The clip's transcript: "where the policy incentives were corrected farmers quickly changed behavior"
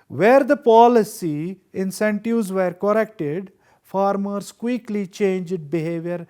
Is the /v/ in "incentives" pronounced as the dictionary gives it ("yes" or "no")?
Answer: no